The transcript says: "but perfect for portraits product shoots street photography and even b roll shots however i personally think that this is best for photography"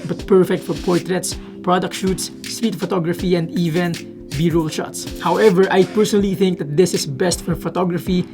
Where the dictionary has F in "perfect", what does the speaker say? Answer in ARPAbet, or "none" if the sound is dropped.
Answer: F